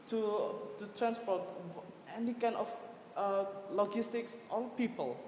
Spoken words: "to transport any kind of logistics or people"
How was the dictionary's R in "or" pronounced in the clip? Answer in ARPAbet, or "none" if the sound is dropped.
L